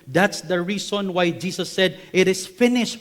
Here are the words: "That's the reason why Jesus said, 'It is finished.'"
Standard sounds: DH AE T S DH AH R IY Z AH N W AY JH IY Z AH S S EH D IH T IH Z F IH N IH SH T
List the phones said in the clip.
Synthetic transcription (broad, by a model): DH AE T S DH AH R IY S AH N W AY JH IY S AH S S EH D IH T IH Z F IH N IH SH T